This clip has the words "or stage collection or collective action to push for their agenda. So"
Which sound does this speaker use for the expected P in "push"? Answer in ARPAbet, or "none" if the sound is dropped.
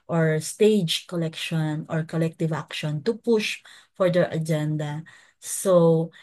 P